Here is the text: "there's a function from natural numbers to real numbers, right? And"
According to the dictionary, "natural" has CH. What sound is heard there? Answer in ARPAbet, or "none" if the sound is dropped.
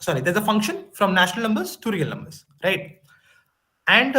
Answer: SH